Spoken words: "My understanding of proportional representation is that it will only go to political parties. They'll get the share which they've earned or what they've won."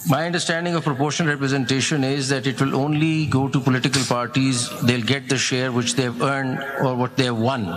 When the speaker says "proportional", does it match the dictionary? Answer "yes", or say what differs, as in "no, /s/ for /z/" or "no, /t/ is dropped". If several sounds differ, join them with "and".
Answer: no, /n/ is dropped and /n/ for /l/